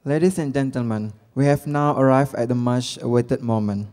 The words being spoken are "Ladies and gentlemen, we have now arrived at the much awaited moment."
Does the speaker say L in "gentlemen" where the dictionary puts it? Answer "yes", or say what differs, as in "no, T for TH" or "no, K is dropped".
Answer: yes